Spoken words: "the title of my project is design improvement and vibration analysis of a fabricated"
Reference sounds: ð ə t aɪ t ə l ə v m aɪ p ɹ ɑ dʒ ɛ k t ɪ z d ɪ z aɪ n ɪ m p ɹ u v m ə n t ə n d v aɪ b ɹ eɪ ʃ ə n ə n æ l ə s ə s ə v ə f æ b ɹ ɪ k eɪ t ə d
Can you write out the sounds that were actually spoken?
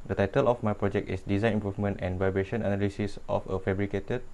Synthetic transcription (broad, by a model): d ə t aɪ t ə l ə f m aɪ p ɹ ɑ dʒ ɛ k t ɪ s d ɪ z aɪ n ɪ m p ɹ u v m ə n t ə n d v aɪ b ɹ eɪ ʃ ə n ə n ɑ l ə s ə s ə f ə f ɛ b ɹ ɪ k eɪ t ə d